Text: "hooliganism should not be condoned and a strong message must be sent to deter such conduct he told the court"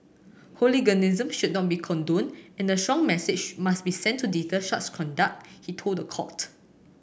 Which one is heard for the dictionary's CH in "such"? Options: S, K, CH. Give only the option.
S